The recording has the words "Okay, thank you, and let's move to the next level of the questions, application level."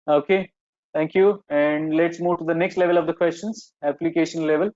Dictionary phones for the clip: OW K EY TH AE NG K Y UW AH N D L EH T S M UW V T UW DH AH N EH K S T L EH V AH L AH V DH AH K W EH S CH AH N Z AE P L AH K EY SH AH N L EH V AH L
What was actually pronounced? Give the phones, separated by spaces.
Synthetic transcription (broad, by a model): OW K EY T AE NG K Y UW AH N D L EH T S M UW V T UW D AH N EH K S T L EH V AH L AH V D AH K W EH S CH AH N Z AE P L AH K EY SH AH N L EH V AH L